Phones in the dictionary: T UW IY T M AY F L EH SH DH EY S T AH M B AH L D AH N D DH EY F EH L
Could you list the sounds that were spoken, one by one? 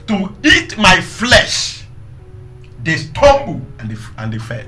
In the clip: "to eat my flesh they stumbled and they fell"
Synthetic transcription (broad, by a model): T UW IY T M AY F L EH SH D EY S T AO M B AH N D AH N D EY F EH